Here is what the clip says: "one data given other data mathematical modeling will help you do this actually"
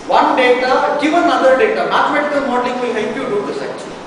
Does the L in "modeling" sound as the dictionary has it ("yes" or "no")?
no